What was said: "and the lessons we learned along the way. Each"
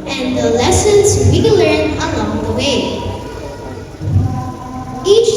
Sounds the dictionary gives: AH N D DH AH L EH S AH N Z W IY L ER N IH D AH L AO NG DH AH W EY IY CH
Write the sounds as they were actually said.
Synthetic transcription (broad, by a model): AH N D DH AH L EH S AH N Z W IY L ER IH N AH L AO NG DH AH W EY IY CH